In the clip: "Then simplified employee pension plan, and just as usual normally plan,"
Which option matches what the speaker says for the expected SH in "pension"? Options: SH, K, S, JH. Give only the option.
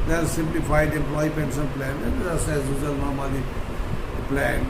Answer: S